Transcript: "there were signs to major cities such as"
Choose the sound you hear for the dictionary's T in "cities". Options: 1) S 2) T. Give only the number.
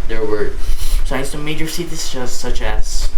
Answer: 1